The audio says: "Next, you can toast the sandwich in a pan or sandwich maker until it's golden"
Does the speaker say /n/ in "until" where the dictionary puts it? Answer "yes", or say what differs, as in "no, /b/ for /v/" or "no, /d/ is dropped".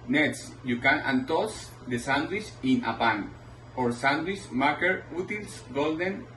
no, /n/ is dropped